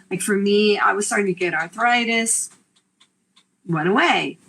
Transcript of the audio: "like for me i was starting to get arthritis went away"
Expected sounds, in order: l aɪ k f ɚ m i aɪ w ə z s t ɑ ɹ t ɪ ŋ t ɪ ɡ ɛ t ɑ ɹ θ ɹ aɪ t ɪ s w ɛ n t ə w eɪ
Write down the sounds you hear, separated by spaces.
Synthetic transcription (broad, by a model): l aɪ k f ɚ m i aɪ w ə z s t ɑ ɹ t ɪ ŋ t ɪ ɡ ɛ t ɑ ɹ θ ɹ aɪ t ɪ s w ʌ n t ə w eɪ